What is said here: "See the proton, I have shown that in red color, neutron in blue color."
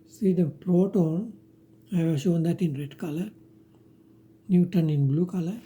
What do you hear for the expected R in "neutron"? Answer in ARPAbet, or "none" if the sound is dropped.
none